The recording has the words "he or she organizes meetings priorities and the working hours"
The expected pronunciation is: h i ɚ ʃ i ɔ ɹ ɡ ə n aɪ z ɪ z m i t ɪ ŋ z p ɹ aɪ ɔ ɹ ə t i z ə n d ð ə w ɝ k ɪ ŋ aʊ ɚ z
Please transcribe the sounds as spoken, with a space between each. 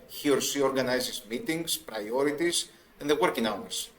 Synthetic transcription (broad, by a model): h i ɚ s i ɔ ɹ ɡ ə n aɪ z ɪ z m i t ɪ ŋ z p ɹ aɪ ɔ ɹ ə t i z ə n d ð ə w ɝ k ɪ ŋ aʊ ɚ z